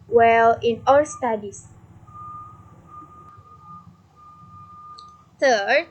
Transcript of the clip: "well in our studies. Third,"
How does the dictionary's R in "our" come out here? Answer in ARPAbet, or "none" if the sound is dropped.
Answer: L